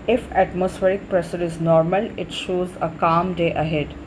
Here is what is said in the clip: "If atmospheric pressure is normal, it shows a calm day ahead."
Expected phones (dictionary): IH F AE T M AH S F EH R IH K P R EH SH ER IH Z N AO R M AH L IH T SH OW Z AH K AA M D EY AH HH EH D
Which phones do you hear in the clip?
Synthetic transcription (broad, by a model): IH F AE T M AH S F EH R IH K P R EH S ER IH Z N AO R M AH L IH T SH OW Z AH K AA M D EY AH HH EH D